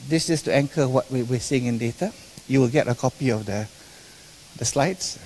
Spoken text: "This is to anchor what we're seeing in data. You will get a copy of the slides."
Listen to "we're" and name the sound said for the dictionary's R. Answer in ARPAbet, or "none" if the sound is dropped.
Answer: W